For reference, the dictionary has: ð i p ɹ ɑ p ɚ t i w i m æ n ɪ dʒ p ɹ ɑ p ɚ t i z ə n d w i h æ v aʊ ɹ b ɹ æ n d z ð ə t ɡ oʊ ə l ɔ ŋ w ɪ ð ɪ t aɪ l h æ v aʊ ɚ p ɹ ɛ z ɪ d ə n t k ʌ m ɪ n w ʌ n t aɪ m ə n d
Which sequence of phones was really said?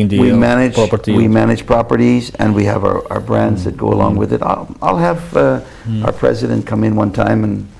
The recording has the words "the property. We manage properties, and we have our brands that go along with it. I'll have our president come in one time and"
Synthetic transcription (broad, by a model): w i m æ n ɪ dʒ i w i m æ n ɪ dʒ p ɹ ɑ p ɚ t i z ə n w i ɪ v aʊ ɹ b ɹ æ n d z ð ə t ɡ oʊ ə l ɔ ŋ w ɪ ð ɪ t aɪ l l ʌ v aʊ ɚ p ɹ ɛ z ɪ d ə n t k ʌ m ɪ n w ʌ n t aɪ m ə n